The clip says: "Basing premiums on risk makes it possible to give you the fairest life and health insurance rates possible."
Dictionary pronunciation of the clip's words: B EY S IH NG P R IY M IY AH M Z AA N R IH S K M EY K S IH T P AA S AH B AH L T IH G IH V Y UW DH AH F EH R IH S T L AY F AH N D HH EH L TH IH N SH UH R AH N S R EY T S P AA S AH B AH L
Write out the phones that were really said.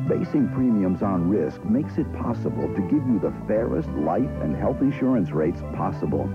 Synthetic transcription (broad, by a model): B EY S IH NG P R IY M IY AH M Z N R IH S K M EY K S IH T P AA S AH B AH L T IH G IH V Y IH DH AH F EH R IH S T L AY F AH N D HH EH L TH IH N SH UH R AH N S R EY T S P AA S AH B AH L